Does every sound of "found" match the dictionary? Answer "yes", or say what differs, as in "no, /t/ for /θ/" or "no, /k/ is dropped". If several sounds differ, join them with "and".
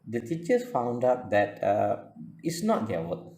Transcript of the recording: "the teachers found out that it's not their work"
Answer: yes